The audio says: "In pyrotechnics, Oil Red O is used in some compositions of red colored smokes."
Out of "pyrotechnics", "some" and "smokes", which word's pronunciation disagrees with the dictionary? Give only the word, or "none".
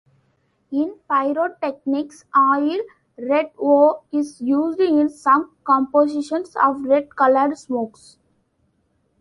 none